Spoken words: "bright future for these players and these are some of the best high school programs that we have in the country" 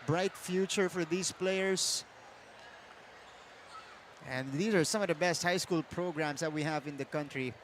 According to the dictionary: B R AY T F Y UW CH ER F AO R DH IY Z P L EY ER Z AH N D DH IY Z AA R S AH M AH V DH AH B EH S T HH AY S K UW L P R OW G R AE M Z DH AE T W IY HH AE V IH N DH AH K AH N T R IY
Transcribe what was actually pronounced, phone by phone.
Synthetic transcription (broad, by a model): B R AY T F Y UW CH ER F AO R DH IY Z P L EY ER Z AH N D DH IY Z AA R S AH M AH V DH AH B EH S T HH AY S K UW L P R OW G R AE M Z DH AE T W IY HH AE V IH N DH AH K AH N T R IY